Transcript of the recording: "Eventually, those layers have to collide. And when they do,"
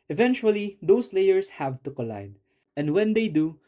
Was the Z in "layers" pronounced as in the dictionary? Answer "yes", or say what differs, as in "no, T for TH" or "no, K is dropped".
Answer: no, S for Z